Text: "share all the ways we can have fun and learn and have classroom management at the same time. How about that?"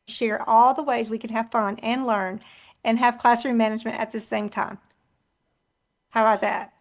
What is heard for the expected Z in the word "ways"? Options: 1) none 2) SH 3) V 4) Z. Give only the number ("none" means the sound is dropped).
4